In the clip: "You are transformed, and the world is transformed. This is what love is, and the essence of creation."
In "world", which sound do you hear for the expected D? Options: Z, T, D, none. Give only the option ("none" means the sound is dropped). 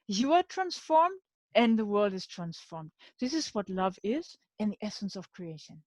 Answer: D